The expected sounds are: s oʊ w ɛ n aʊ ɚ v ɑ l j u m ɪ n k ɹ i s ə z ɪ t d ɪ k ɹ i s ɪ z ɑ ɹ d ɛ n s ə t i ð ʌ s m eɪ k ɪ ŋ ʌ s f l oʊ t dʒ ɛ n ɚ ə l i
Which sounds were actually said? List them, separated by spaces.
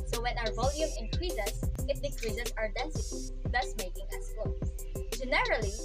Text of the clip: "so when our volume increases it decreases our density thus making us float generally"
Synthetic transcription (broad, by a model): s oʊ w ɛ n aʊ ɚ v ɑ l j u m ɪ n k ɹ i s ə s ɪ t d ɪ k ɹ i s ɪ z ɑ ɹ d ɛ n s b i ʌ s m eɪ k ɪ ŋ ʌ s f oʊ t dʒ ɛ n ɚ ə l i